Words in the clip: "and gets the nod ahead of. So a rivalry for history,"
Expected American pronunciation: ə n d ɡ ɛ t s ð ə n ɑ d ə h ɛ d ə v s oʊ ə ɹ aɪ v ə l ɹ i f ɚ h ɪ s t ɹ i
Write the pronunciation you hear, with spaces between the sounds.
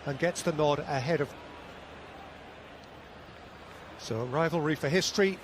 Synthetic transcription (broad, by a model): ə n ɡ ɛ t s ð ə n ɑ d ə h ɛ d ə v s oʊ ə ɹ aɪ v ə l ɹ i f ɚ h ɪ s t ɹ i